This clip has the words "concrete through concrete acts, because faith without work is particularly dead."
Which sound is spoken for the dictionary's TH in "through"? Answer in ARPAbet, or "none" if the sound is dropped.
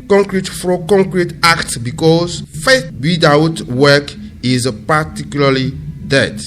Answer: F